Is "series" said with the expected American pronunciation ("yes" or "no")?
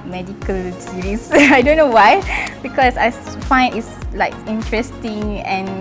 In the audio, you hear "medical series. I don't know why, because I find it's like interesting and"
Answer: no